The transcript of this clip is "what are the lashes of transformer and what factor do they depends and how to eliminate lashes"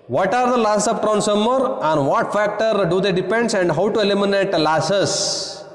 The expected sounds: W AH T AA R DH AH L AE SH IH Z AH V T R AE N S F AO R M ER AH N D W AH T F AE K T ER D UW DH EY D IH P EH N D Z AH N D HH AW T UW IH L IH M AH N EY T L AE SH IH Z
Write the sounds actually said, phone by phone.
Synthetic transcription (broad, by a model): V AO T AA R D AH L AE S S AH P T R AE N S AO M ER AH N D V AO T F AE K T ER D UW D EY D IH P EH N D S AH N D HH AW T UW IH L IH M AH N EY T L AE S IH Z